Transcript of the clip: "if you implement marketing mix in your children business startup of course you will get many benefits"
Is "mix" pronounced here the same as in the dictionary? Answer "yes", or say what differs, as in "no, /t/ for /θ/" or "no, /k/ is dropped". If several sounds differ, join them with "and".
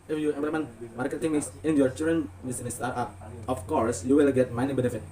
no, /k/ is dropped